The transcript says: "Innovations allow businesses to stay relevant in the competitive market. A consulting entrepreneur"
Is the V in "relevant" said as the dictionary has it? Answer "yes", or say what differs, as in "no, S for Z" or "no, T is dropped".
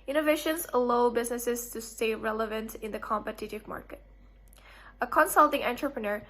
yes